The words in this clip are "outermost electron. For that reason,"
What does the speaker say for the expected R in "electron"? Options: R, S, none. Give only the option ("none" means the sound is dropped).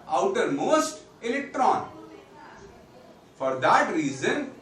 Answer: R